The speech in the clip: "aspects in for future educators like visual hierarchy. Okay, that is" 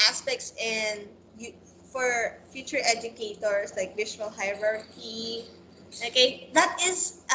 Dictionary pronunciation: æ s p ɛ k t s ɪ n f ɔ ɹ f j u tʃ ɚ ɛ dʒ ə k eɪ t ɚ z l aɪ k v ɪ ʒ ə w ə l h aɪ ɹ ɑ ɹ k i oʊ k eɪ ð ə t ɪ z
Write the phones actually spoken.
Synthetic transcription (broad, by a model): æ s p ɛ k t s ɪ n f ɔ ɹ f j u tʃ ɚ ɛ dʒ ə k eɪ t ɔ s l aɪ k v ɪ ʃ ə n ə l h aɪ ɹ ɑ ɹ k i oʊ k eɪ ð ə t ɪ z